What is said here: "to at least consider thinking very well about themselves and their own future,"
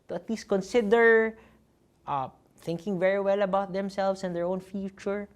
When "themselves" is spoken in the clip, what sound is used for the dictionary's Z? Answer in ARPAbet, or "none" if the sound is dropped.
S